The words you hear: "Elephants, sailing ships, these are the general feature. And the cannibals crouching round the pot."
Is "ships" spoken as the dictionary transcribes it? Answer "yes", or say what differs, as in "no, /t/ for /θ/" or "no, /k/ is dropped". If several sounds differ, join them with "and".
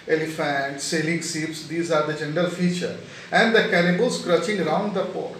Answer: no, /s/ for /ʃ/